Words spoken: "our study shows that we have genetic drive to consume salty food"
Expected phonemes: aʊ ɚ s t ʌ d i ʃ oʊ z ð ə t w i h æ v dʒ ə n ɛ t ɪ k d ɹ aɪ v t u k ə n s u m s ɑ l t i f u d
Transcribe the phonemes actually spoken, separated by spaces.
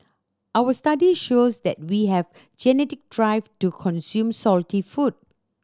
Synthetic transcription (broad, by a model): aʊ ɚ s t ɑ d i ʃ oʊ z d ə t w i h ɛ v dʒ ə n ɛ t ɪ k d ɹ aɪ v t u k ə n s u m s ɑ l t i f u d